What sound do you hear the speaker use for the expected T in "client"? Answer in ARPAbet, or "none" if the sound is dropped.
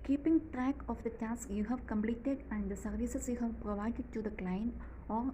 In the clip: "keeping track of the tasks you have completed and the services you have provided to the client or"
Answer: none